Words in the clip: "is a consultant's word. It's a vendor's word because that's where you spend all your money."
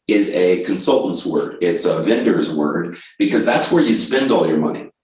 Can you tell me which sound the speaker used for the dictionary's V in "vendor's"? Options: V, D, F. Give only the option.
V